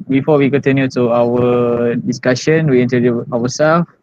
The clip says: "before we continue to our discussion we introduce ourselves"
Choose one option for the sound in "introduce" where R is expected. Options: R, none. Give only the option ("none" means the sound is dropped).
none